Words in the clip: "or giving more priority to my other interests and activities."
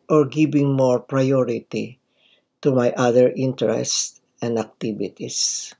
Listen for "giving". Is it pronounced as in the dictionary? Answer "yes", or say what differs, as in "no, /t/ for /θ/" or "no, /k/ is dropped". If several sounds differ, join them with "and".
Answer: no, /b/ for /v/